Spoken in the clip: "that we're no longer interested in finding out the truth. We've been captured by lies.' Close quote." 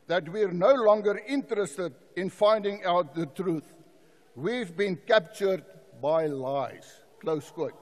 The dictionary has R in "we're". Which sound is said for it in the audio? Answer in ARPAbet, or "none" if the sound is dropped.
R